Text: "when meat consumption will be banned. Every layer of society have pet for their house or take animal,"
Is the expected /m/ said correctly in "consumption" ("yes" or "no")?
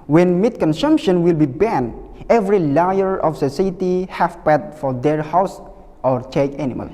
yes